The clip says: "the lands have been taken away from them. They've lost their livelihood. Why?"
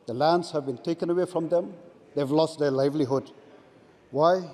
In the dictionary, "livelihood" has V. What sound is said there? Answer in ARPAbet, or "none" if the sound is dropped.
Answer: V